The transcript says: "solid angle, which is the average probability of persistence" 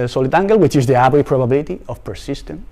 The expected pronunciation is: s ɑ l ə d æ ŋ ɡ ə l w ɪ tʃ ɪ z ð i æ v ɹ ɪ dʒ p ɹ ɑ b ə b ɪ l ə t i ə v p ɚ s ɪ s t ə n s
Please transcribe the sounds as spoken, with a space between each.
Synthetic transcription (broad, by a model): s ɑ l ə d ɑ ŋ ɡ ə l w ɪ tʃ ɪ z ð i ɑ b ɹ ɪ p ɹ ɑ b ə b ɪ l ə t i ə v p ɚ s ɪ s t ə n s